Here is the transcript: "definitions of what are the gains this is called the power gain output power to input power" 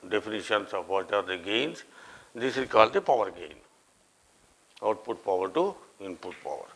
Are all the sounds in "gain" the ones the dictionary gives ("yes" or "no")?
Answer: yes